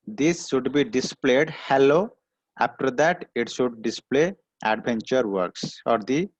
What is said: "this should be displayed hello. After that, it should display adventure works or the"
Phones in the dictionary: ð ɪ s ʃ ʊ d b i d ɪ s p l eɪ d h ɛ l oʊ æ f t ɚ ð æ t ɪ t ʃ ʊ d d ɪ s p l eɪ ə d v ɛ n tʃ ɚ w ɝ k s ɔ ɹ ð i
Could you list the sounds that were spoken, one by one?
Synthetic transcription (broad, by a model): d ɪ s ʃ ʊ d b i d ɪ s p l eɪ d h ɛ l oʊ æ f t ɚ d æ t ɪ t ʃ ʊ d d ɪ s p l eɪ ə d b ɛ n tʃ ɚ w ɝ k s ɔ ɹ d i